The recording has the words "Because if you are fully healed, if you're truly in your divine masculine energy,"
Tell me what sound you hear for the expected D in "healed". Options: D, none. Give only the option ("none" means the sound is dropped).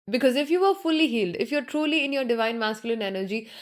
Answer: D